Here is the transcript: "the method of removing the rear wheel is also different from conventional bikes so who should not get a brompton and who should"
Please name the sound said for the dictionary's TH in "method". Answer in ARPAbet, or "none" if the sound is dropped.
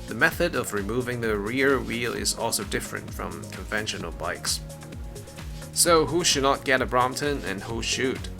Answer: TH